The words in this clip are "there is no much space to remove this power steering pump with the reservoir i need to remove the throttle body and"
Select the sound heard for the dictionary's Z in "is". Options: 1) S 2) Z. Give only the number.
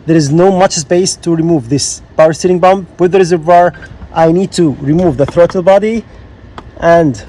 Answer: 2